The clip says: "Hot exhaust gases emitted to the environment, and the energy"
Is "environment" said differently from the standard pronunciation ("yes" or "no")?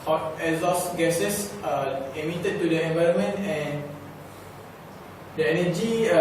no